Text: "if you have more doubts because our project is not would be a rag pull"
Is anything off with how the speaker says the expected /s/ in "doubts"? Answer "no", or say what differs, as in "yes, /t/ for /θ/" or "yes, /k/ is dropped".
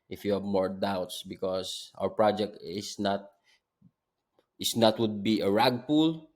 no